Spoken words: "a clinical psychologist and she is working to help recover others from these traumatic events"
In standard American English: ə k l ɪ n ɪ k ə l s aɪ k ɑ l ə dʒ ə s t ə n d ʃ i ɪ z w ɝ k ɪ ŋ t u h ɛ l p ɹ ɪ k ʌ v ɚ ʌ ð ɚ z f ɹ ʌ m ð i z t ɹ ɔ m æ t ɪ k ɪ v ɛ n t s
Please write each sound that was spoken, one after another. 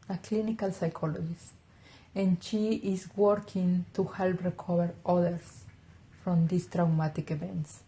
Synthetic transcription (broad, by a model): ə k l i n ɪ k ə l s aɪ k ɑ l ə dʒ ə s t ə n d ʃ i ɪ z w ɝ k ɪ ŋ t u h ɛ l p ɹ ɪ k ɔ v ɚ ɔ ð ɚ s f ɹ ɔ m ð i s t ɹ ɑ m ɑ t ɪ k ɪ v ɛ n t s